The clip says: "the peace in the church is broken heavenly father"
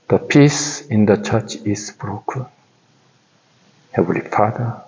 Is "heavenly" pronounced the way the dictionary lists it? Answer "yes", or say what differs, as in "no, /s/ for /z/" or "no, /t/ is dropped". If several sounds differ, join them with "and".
no, /n/ is dropped